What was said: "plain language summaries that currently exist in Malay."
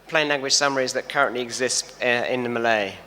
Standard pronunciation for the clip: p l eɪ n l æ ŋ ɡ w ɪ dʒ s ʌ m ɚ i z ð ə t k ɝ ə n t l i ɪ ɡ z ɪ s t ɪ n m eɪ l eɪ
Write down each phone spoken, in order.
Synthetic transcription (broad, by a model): p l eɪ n l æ ŋ ɡ w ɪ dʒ s ʌ m ɚ i z ð ə t k ɝ ə n t l i ɪ ɡ z ɪ s t ɪ n m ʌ l eɪ